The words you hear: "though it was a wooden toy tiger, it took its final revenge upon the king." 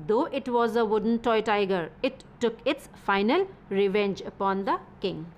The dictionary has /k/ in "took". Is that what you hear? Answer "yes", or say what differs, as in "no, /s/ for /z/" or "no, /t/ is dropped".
yes